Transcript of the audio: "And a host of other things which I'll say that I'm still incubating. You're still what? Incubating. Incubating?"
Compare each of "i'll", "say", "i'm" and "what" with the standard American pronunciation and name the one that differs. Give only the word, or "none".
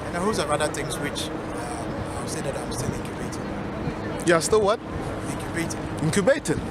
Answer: i'll